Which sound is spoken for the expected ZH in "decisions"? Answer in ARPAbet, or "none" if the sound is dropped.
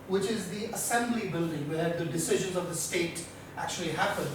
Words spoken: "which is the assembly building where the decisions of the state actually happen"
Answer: ZH